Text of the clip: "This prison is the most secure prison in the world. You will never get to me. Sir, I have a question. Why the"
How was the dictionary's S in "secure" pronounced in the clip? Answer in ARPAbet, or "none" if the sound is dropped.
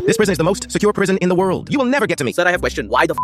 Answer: S